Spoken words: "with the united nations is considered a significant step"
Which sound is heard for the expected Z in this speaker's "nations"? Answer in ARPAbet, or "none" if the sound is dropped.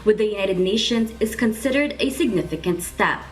Z